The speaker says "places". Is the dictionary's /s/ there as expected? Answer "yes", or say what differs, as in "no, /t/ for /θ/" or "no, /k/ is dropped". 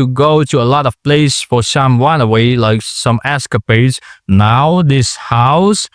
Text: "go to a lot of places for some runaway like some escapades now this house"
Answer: no, /s/ is dropped